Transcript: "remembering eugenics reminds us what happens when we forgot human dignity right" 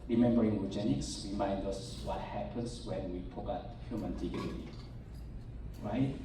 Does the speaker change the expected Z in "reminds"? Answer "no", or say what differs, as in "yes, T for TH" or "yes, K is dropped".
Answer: yes, Z is dropped